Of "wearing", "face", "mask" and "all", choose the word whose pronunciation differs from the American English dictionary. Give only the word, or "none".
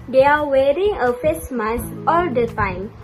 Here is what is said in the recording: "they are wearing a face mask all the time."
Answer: mask